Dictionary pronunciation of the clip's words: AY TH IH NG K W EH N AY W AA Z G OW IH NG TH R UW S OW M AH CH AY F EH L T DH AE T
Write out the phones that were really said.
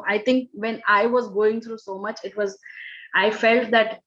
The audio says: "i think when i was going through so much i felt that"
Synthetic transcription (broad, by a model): AY T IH NG K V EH N AY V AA Z G OW IH NG T R UW S OW M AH CH AY F EH L T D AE T